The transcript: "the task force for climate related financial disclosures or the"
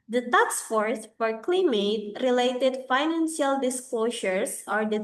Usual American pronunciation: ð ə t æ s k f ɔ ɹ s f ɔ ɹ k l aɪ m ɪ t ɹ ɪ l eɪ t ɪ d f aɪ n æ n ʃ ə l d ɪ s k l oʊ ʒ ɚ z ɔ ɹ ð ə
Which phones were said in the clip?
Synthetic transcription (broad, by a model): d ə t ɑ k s f ɔ ɹ s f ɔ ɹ k l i m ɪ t ɹ ɪ l eɪ t ɪ d f aɪ n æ n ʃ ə l d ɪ s k l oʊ ʃ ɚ s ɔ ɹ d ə